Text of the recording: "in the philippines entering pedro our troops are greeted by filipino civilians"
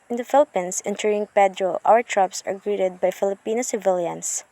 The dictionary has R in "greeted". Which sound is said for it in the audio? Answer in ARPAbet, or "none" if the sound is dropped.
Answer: R